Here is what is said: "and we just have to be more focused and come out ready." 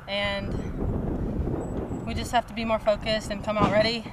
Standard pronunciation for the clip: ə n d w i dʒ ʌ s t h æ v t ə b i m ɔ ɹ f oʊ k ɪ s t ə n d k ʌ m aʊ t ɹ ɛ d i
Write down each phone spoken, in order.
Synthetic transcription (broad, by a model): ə n w i dʒ ʌ s t h æ f t ə b i m ɔ ɹ f oʊ k ɪ s t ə n k ʌ m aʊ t ɹ ɛ d i